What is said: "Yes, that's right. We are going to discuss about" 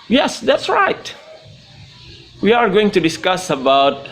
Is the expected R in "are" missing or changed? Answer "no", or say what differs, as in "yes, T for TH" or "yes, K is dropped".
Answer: no